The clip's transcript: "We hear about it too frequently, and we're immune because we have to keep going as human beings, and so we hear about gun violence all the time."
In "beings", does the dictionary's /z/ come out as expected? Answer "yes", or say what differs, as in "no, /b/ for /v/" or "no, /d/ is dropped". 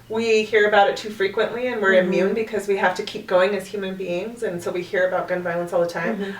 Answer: yes